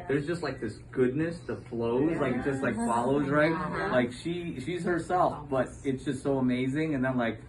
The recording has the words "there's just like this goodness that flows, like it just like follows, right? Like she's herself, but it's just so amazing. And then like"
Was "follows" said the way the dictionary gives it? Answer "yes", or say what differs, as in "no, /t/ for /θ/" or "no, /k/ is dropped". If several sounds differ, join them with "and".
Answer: yes